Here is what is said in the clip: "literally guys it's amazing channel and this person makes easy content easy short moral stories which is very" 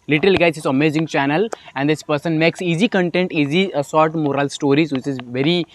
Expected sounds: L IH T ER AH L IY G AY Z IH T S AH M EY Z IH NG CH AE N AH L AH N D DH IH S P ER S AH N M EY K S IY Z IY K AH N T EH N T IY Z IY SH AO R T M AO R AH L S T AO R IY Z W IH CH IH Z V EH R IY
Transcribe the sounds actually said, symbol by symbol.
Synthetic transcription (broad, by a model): L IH T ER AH L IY G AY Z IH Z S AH M EY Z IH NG CH AE N AH L AH N D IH S P ER S AH N M EY K S IY Z IY K AH N T EH N T IY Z IY S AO R T M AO R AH L S T AO R IY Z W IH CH IH Z V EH R IY